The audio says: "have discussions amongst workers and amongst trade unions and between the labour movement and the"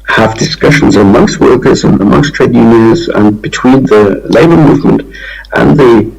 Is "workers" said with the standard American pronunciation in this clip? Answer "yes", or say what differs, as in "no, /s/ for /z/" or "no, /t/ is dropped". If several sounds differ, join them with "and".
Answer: yes